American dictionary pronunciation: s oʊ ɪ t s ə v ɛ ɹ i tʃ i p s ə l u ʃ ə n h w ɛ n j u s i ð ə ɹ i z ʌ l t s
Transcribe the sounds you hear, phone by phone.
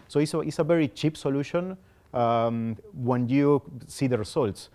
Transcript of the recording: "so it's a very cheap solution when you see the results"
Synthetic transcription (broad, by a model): s oʊ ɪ s s ə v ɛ ɹ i tʃ i p s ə l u ʃ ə n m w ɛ n j u s i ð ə ɹ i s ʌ l t s